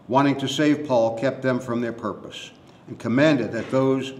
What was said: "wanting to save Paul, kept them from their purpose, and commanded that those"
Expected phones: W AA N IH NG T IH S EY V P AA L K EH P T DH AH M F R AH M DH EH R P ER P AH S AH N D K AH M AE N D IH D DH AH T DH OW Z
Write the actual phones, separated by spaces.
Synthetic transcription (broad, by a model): W AA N IH NG T IH S EY V P AA L K EH P T DH AH M F R AH M DH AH R P ER P AH S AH N K AH M AE N D IH D DH AH T DH OW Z